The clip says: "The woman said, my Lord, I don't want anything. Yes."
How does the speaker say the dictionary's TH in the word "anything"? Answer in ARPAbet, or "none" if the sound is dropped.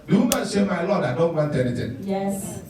T